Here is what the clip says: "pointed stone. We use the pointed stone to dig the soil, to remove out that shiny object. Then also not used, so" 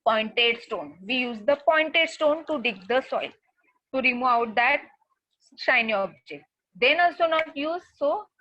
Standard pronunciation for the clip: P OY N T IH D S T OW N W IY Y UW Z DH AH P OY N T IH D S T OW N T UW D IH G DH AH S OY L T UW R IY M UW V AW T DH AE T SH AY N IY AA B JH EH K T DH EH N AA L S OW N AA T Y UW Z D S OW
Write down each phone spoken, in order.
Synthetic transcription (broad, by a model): P OY N T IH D S T OW N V IY Y UW Z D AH P OY N T IH D S T OW N T UW D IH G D AH S OY L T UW R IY M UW AW T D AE T SH AY N IY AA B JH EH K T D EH N AA L S OW N AA T Y UW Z S OW